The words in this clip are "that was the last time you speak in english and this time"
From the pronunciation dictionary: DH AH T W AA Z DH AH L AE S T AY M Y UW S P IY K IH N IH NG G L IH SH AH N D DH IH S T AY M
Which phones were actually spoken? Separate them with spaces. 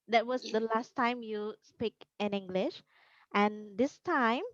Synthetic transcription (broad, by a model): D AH T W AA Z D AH L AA S T AY M Y UW S P IY K IH N IH NG G L IH SH AH N D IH S T AY M